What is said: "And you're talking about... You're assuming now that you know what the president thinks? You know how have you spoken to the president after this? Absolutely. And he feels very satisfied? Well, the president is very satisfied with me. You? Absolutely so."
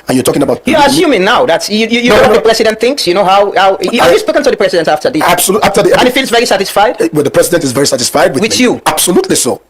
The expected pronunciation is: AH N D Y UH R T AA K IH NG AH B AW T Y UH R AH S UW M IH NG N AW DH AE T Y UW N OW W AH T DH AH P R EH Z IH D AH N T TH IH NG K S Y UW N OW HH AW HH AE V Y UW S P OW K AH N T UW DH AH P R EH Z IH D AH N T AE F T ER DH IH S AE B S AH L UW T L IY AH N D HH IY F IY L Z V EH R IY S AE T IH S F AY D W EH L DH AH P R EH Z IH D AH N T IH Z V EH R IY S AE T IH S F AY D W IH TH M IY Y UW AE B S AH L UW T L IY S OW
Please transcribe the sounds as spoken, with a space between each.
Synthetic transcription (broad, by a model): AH N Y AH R T AA K IH NG AH B AW T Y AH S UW M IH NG N AW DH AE T Y UW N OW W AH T DH AH P R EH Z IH D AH N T TH IH NG K S Y UW N OW HH AW HH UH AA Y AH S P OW K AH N T UW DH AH P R EH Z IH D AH N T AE F T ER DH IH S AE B S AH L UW T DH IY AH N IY F IY L Z V EH R IY S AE T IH S F AY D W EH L DH AH P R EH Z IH D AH N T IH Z V EH R IY S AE T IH S F AY D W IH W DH Y UW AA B S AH L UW T L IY S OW